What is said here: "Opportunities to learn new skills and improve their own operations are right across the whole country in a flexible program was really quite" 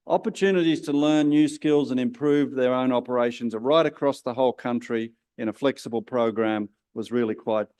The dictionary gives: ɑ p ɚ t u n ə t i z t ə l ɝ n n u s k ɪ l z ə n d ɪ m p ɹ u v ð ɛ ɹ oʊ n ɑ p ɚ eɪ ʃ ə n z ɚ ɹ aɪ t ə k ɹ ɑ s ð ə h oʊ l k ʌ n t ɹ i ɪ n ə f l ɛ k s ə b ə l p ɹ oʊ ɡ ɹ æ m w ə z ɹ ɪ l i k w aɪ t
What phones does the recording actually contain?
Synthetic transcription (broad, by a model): ɑ p ɚ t u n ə t i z t ə l ɝ n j u s k ɪ l z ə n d ɪ m p ɹ u v ð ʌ ɹ oʊ n ɑ p ɚ eɪ ʃ ə n z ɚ ɹ aɪ t ə k ɹ ɑ s ð ə h oʊ l k ʌ n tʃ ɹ i ɪ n ə f l ɛ k s ə b ə l p ɹ oʊ ɡ ɹ æ m w ə z ɹ ɪ l i k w aɪ t